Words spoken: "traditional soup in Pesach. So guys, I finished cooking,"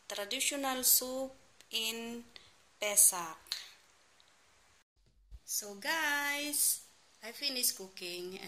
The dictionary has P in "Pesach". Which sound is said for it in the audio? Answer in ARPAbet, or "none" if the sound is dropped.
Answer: P